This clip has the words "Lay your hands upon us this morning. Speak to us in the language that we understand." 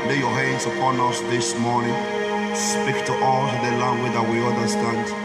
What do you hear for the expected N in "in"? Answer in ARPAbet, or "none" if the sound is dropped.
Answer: L